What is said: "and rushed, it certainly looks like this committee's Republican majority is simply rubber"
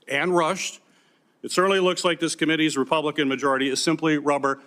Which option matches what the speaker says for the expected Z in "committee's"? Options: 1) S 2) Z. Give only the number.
2